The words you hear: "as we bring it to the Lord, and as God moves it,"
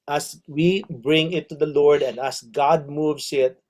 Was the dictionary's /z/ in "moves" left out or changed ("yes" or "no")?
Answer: yes